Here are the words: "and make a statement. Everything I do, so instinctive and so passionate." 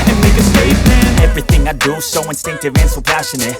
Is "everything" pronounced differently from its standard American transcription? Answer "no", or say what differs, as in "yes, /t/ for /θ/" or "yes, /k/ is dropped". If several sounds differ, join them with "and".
no